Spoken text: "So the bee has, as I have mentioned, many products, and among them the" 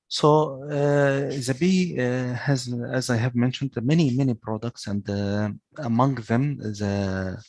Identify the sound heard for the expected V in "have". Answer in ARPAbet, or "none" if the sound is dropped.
V